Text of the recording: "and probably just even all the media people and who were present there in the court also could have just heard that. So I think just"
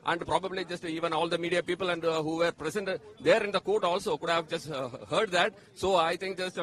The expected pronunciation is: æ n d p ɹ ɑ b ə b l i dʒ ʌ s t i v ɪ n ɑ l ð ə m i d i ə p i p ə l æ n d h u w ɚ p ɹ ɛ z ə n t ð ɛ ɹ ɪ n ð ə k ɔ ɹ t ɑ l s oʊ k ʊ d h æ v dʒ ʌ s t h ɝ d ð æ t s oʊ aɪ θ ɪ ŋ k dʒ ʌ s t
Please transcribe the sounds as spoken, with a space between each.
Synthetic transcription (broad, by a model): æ n d p ɹ ɑ b ə b l i dʒ ʌ s t i v ɪ n ɑ l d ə m i d i ə p i p ə l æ n d h u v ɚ p ɹ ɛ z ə n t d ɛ ɹ ɪ n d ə k ɔ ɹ t ɑ l s oʊ k ʊ d h æ v dʒ ʌ s t h ɝ d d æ t s oʊ aɪ t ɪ ŋ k dʒ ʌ s t